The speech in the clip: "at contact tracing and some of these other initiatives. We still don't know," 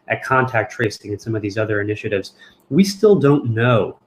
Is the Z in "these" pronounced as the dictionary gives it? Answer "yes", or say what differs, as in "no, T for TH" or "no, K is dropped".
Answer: yes